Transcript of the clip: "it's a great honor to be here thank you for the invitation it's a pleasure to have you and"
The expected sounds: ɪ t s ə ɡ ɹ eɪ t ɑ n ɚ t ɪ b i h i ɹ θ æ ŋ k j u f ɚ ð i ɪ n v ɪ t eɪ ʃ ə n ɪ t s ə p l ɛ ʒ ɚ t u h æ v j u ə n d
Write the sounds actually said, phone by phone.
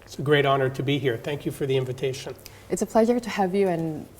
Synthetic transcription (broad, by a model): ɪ t s ə ɡ ɹ eɪ t ɑ n ɚ t ɪ b i h i ɹ θ æ ŋ k j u f ɚ ð i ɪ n v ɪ t eɪ ʃ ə n ɪ t s ə p l ɛ ʒ ɚ t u h æ v j u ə n